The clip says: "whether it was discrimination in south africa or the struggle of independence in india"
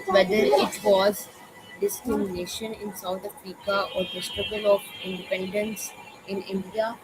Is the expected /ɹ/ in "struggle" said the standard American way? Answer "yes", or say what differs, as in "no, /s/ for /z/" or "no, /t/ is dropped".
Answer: no, /ɹ/ is dropped